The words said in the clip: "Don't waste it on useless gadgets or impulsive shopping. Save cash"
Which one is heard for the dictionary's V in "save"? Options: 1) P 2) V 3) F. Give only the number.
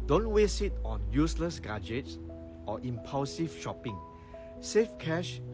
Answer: 3